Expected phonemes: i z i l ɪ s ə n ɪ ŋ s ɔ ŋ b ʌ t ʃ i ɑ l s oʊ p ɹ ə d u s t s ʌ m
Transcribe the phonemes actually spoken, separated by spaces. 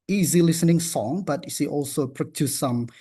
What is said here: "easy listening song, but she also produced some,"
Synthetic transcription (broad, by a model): i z i l ɪ s ə n ɪ ŋ s ɔ ŋ b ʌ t s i ɑ l s oʊ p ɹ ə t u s s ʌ m